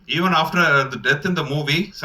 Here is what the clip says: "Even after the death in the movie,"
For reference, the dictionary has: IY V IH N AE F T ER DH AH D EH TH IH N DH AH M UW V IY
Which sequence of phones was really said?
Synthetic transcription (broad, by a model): IY V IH N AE F T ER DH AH D EH T IH N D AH M UW V IY